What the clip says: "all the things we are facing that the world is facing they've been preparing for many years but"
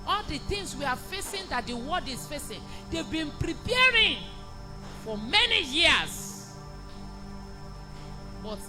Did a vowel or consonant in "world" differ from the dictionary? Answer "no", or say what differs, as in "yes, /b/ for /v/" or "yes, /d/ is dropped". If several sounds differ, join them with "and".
yes, /l/ is dropped